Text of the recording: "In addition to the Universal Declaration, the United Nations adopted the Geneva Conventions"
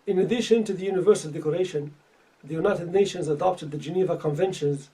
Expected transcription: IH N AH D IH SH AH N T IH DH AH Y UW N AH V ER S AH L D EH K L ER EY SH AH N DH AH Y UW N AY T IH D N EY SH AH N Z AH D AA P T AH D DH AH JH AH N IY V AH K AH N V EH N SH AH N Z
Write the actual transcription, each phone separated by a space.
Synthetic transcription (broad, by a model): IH N AH D IH SH AH N T IH DH AH Y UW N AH V ER S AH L D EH K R EY SH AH N DH AH Y UW N AY T IH D N EY SH AH N Z AH D AA P T AH D DH AH JH AH N IY V AH K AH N V EH N SH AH N Z